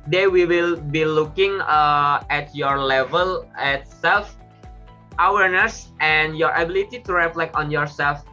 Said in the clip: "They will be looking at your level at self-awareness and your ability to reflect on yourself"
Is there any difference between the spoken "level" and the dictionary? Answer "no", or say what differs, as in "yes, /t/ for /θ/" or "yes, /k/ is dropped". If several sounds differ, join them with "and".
no